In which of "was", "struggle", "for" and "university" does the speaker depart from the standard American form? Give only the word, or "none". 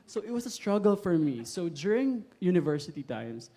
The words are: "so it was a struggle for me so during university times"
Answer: was